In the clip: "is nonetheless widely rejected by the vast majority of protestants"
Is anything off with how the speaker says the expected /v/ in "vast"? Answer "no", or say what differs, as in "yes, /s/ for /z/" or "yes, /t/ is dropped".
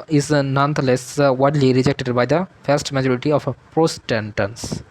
yes, /f/ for /v/